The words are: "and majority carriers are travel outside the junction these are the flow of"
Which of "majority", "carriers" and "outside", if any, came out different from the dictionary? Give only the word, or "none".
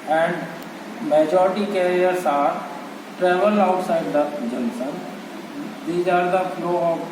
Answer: carriers